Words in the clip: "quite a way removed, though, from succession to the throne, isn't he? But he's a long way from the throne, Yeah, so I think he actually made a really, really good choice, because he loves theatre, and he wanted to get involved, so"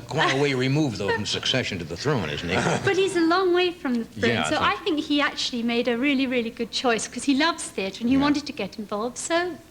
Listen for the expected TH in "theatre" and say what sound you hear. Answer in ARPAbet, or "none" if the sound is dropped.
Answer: TH